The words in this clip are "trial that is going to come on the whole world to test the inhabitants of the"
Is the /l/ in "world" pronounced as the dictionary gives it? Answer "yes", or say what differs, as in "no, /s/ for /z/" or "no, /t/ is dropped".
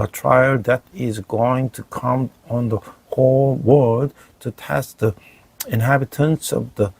no, /l/ is dropped